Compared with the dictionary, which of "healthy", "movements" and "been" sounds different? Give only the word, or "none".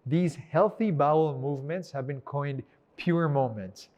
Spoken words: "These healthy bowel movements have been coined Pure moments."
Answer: none